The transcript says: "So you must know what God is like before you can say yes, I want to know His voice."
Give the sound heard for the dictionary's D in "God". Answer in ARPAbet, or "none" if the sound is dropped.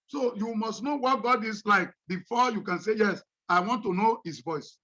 D